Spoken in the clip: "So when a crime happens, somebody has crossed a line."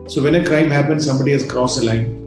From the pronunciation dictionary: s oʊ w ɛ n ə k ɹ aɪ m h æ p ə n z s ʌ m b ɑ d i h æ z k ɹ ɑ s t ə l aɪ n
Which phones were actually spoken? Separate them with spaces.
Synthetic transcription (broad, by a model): s oʊ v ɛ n ə k ɹ aɪ m h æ p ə n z s ʌ m b ɑ d i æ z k ɹ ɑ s ə l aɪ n